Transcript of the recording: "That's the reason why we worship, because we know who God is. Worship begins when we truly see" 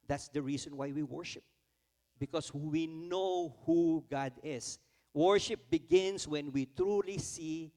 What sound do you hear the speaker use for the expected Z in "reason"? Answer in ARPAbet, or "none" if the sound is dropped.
S